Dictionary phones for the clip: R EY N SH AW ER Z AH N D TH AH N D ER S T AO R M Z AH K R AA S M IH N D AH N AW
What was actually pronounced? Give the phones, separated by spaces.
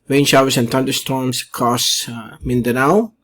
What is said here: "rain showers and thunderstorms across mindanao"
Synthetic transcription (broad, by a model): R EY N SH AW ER S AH N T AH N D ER S T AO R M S K AA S M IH N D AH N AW